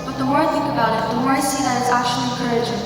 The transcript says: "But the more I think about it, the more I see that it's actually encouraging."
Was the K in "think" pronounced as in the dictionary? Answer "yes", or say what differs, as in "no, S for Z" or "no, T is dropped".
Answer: yes